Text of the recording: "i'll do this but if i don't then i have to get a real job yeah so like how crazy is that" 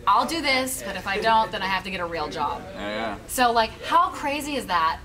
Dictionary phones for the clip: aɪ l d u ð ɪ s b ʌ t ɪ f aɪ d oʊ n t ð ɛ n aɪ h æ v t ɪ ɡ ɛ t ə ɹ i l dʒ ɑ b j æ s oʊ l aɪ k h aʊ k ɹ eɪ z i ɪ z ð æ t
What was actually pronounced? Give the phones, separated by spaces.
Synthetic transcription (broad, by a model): aɪ l d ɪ ð ɪ s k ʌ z ɪ f aɪ d oʊ n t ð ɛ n aɪ h æ f t ɪ ɡ ɛ t ə ɹ i l dʒ ɑ b j æ s oʊ l aɪ k h aʊ k ɹ eɪ z i ɪ z ð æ t